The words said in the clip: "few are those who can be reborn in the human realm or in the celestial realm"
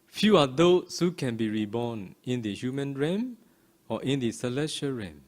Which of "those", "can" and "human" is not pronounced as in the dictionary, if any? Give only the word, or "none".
those